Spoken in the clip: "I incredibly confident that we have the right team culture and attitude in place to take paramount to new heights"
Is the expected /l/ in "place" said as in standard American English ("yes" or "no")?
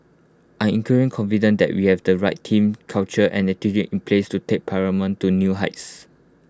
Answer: yes